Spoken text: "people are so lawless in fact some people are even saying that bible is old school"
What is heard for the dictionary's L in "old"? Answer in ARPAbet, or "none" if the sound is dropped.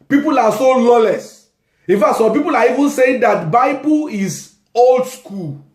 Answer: L